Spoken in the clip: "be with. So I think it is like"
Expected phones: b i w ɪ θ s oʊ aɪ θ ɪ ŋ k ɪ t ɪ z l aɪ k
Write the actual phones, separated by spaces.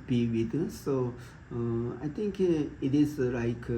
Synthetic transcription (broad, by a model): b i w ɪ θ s oʊ aɪ t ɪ ŋ k ɪ t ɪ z l aɪ k